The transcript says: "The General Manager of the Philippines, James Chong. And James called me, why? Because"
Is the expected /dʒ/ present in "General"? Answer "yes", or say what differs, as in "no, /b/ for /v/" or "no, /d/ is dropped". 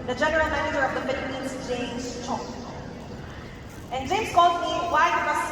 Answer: yes